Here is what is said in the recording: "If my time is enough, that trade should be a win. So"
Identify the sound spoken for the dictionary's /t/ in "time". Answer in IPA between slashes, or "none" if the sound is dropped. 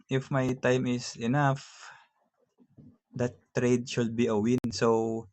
/t/